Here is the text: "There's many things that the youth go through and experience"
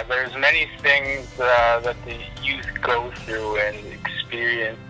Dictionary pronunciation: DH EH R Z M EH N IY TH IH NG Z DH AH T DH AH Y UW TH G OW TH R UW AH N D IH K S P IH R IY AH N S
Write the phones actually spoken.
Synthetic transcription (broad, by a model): DH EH R Z M EH N IY TH IH NG Z DH AH T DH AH Y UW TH G OW TH R UW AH N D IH K S P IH R IY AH N S